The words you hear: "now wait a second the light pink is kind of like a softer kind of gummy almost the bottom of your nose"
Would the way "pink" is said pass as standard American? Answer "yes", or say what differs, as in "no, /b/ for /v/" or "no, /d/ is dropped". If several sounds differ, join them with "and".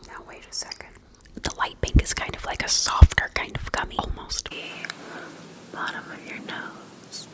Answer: no, /b/ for /p/